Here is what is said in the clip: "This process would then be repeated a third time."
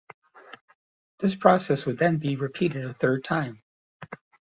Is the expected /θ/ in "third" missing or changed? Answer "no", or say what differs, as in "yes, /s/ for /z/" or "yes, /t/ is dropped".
no